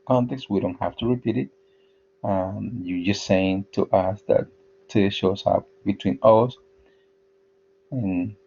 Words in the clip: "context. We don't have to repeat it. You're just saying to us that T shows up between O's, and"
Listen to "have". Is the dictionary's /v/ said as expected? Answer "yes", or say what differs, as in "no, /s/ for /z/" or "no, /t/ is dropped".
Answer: no, /f/ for /v/